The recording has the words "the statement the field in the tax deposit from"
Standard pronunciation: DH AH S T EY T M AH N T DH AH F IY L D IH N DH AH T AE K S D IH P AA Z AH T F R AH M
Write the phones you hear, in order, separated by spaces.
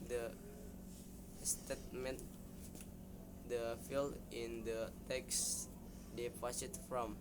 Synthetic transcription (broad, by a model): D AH S T EY T M AH N T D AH F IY L IH N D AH T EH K S D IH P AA S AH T F R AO M